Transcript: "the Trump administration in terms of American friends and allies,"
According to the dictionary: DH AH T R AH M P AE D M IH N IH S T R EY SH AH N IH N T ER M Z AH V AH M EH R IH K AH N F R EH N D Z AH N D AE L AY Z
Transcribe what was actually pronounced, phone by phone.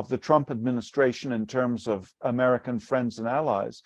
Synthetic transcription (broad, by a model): DH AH T R AH M P AE D M IH N IH S T R EY SH AH N IH N T ER M Z AH V AH M EH R IH K AH N F R EH N D Z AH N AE L AY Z